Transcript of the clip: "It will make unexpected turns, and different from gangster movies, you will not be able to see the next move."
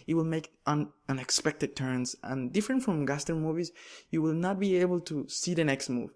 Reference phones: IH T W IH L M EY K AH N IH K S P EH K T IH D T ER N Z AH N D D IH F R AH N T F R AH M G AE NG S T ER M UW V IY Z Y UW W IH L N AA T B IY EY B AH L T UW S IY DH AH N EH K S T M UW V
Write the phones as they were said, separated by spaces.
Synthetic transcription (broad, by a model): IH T W IH L M EY K AH N IH K S P EH K T IH D T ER N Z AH N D D IH F R AH N T F R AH M G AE S T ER M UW V IY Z Y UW W IH L N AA T B IY EY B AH L T UW S IY DH AH N EH K S T M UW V